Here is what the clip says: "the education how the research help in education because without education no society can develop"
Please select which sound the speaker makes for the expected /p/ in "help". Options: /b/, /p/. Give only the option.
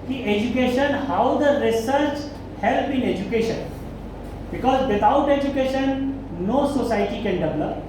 /b/